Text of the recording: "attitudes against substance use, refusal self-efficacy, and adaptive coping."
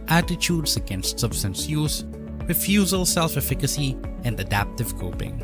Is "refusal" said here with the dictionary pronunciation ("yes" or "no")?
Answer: yes